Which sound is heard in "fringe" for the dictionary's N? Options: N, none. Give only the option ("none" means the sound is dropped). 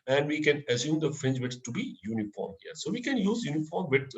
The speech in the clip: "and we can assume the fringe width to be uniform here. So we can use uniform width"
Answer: N